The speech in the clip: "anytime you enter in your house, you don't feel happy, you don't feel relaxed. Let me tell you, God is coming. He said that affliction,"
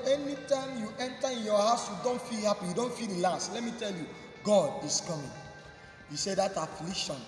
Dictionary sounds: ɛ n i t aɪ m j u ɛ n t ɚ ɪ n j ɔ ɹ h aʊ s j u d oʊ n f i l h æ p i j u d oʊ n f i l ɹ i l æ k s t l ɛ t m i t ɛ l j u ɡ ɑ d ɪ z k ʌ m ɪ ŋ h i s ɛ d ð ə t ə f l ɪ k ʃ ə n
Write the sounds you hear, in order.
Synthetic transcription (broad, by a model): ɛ n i t aɪ m j u ɛ n t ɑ ɪ n j ɔ h aʊ s j u d oʊ n f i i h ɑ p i j u d oʊ n f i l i l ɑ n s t l ɛ t m i t ɛ l j u ɡ ɑ d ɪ s k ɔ m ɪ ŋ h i s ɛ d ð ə t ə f l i k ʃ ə n